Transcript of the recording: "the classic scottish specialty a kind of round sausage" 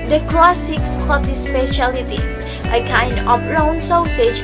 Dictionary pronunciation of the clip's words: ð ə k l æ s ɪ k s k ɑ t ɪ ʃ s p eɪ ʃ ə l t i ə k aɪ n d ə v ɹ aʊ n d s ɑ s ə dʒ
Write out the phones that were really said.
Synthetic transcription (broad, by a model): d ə k l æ s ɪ k s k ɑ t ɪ s p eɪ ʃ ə l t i ə k aɪ n d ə p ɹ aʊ n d s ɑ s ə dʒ